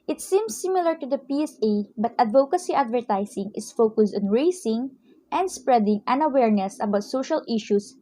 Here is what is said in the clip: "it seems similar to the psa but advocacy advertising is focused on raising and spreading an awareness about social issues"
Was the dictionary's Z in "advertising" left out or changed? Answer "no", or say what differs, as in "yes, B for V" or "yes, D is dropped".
yes, S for Z